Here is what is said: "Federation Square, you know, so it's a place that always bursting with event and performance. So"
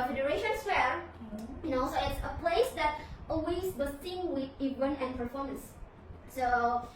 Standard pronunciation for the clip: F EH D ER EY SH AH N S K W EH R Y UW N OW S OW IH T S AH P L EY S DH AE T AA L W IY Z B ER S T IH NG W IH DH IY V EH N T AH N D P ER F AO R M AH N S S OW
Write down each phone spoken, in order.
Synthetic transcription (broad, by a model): F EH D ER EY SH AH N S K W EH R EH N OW S OW IH T S AH P L EY S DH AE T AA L W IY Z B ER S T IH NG W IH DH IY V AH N AH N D P ER F AO R M AH N S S OW